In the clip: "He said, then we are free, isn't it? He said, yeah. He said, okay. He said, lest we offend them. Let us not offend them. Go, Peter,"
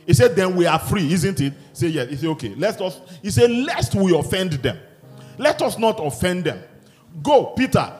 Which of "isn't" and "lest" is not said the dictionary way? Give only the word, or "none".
none